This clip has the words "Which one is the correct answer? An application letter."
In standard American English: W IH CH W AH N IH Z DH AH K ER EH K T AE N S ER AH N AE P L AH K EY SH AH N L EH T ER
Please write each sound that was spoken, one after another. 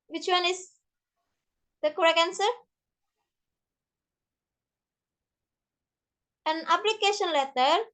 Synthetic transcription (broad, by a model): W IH CH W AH N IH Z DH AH K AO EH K AE N S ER AH N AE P L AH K EY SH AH N L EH T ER